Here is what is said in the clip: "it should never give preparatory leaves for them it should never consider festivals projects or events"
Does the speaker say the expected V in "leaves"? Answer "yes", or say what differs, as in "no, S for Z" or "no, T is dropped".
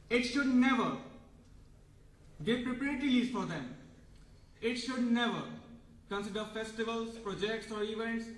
no, V is dropped